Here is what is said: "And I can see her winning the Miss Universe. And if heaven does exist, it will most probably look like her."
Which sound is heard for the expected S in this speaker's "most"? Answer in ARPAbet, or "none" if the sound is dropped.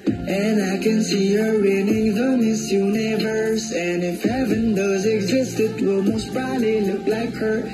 S